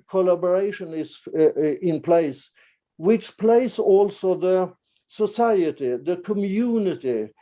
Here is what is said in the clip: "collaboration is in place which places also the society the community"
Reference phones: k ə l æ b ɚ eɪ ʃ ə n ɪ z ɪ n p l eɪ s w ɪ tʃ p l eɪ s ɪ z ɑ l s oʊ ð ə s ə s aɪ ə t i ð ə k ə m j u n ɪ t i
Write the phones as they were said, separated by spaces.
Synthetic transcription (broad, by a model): k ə l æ b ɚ eɪ ʃ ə n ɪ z ɪ n p l eɪ s w ɪ tʃ p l eɪ ɪ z ɑ l s oʊ ð ə s ə s aɪ ə t i ð ə k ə m j u n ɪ t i